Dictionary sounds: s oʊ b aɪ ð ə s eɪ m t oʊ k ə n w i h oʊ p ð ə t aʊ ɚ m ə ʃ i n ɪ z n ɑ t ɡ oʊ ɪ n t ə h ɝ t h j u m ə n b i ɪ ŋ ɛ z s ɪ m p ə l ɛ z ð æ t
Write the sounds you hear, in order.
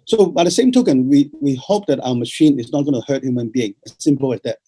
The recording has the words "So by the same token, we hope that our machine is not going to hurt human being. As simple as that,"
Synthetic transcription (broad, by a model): s oʊ b aɪ ð ə s eɪ m t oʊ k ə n w i h oʊ p ð ə t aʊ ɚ m ə ʃ i n ɪ z n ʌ t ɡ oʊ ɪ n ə h ɝ t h j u m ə n b i ɪ ŋ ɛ s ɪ m p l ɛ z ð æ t